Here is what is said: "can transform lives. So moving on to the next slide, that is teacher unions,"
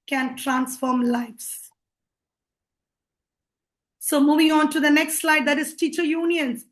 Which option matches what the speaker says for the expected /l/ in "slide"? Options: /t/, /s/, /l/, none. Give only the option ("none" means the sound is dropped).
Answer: /l/